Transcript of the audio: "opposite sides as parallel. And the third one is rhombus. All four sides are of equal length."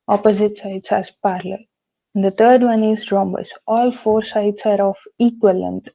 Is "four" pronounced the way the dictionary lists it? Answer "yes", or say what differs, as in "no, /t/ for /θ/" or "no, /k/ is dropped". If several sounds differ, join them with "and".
yes